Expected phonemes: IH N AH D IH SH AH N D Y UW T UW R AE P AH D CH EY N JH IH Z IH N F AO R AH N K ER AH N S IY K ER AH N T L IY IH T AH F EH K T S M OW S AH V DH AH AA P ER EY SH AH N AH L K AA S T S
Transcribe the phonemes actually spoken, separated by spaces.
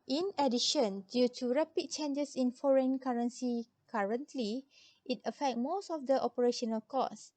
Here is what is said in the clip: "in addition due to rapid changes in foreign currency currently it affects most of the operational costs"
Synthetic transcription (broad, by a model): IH N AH D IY SH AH N D Y UW T UW R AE P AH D CH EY N JH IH S IH N F AO R AH N K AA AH N S IY K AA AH N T L IY IH T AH F EH K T M OW S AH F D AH AA P ER EY SH AH N AH L K AA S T S